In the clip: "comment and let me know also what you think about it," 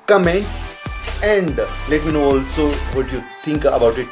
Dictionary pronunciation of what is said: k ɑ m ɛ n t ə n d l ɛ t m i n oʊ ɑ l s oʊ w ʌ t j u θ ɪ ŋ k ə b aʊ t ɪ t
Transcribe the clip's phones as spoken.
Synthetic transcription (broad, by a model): k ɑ m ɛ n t ə n d l ɛ t m i n oʊ ɑ l s oʊ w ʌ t j u t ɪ ŋ k ə b aʊ t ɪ t